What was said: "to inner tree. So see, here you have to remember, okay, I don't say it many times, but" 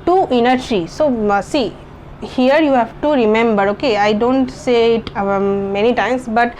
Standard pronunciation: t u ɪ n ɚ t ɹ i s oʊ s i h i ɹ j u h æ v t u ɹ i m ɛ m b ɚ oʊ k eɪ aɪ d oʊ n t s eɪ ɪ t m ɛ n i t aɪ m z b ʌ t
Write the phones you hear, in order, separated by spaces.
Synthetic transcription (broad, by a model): t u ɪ n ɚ s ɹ i s oʊ s i h i ɹ j u h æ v t u ɹ i m ɛ m b ɚ oʊ k eɪ aɪ d oʊ n t s eɪ ɪ t m ɛ n i t aɪ m s b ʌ t